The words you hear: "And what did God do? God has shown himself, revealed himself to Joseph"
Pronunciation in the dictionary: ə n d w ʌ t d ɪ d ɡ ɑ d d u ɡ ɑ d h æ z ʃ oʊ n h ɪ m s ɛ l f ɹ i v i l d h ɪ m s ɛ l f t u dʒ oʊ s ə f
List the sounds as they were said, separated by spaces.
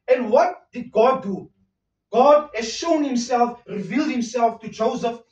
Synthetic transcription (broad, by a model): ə n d w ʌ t d ɪ d ɡ ɑ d d u ɡ ɑ d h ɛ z ʃ oʊ n h ɪ m s ɛ l f ɹ i v i l d h ɪ m s ɛ l f t u dʒ oʊ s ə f